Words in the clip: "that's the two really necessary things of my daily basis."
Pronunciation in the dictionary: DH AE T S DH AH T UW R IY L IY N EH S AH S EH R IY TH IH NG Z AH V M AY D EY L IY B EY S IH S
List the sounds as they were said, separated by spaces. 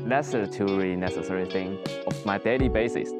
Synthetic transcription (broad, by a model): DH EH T S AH T UW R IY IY N EH S AH S EH R IY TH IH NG AH F M AY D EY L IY B EY S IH S